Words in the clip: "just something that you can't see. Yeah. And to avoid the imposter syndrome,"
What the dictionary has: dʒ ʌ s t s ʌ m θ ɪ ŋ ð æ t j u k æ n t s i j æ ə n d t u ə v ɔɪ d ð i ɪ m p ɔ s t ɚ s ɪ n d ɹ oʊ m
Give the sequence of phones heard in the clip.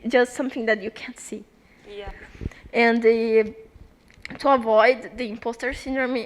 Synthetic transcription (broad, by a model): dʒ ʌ s t s ʌ m θ ɪ ŋ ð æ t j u k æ n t s i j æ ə n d t u ə v ɔɪ d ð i ɪ m p ɔ s t ɚ s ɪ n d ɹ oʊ m